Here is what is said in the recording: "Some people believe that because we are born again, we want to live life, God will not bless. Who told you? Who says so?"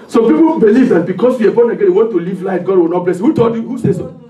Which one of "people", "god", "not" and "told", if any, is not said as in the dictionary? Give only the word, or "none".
told